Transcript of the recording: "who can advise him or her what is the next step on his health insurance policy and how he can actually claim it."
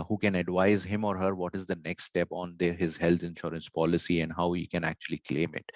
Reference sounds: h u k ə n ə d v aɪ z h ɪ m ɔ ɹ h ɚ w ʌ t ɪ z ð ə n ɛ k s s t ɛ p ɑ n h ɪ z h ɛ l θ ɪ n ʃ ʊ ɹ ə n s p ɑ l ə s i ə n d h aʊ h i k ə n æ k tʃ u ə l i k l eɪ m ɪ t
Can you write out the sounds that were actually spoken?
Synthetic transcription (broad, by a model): h u k ə n ə d v aɪ z h ɪ m ɔ ɹ h ɚ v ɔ t ɪ z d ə n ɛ k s s t ɛ p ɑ n h ɪ z h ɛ l t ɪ n ʃ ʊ ɹ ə n s p ɑ l ə s i ə n d h aʊ h i k ə n æ k tʃ u ə l i k l eɪ m ɪ t